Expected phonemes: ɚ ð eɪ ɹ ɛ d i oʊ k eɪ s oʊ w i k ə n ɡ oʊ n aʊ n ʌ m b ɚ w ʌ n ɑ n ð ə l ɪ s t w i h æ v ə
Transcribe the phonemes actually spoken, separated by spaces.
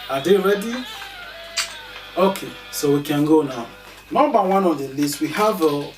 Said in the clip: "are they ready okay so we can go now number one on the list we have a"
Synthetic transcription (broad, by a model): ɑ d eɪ ɹ ɛ d i oʊ k eɪ s oʊ w i k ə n ɡ oʊ n aʊ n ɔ b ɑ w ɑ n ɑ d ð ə l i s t w i h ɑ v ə